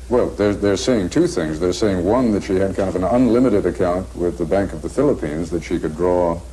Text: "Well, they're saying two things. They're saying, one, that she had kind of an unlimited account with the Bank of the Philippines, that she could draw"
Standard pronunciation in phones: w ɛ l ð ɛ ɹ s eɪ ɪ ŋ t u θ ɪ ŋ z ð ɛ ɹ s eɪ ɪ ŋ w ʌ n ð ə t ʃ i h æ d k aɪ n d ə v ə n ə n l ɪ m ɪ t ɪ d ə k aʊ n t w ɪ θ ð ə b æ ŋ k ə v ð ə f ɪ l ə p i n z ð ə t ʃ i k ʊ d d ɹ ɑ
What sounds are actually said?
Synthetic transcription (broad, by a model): w ɛ l ð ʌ ɹ s eɪ ɪ ŋ t u θ ɪ ŋ z ð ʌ ɹ s eɪ ɪ ŋ w ʌ n ð ə t ʃ i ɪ d k aɪ n d ə v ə n ə n l ɪ m ɪ t ɪ d ə k aʊ n t w ɪ ð ə b æ ŋ k ə v ð ə f ɪ l ə p i n z ð ə t ʃ i k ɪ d d ɹ ɑ